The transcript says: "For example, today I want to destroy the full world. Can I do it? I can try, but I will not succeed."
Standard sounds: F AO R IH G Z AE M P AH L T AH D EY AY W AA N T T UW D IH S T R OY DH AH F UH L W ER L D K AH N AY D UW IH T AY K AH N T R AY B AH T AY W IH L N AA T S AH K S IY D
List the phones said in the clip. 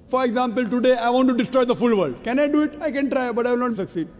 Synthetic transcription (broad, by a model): F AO R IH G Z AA M P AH L T AH D EY AY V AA N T T UW D IH S T R OY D AH F UH L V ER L D K AH N AY D UW IH T AY K AH N T R AY B AH T AY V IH L N AA T S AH K S IY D